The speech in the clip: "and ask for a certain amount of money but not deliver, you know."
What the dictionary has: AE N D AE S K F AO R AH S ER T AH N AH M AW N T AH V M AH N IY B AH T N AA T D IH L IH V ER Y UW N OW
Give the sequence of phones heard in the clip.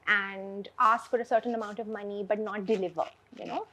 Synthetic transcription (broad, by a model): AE N D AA S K F AO R AH S ER T AH N AH M AW N T AH V M AH N IY B AH T N AA T D IH L IH V ER Y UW N OW